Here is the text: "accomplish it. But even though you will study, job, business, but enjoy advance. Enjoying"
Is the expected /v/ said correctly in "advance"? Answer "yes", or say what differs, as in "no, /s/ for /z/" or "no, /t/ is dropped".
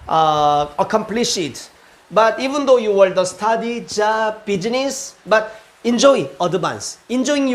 no, /b/ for /v/